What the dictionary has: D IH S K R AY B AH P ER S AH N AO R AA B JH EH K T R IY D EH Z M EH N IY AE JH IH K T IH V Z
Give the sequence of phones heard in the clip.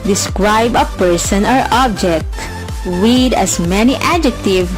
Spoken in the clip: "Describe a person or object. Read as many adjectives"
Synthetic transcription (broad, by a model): D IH S K R AY B AH P ER S AH N AO R AA B JH EH K T W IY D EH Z M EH N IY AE JH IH K T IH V